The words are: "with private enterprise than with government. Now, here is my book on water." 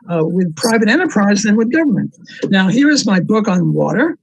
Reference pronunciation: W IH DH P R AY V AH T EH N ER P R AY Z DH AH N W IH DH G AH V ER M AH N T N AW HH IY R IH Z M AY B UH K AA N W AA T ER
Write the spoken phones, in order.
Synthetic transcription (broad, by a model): W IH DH P R AY V AH T EH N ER P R AY Z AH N W IH DH G AH V ER M AH N T N AW HH IY R IH Z M AY B UH K N W AA T ER